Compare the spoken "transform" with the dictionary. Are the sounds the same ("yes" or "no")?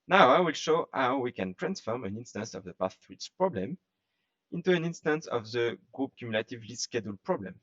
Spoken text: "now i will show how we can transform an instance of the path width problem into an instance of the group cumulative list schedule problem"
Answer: yes